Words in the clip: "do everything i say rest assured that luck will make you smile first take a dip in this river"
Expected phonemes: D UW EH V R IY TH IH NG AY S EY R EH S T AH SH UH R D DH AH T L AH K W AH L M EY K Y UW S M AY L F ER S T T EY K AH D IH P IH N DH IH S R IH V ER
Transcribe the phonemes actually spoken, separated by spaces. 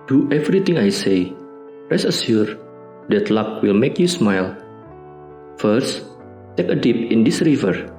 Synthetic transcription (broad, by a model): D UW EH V R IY T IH NG AY S EY R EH S AH S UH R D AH T L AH K W AH L M EY K Y UW S M AY L F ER S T T EY K AH D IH P IH N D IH S R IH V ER